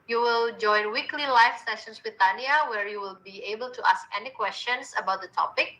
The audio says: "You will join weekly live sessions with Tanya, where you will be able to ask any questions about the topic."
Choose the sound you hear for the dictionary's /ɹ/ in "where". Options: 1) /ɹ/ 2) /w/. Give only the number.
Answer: 1